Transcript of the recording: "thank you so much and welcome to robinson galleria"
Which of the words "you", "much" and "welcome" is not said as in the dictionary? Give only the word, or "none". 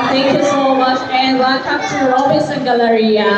welcome